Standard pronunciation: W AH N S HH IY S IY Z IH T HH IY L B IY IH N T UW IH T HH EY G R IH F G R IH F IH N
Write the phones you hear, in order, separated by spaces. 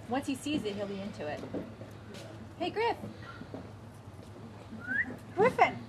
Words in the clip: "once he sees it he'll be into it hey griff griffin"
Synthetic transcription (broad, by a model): W AH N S HH IY S IY Z IH T HH IY L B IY IH N T UW IH T HH EY G R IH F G R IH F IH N